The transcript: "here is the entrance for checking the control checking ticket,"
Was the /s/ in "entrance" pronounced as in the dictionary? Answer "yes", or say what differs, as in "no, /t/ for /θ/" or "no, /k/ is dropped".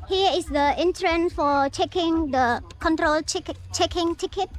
no, /s/ is dropped